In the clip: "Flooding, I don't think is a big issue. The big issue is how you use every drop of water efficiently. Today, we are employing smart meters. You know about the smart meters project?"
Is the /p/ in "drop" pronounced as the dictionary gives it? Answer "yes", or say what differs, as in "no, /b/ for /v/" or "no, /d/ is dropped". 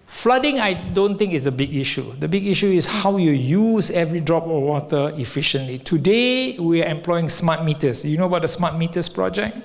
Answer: yes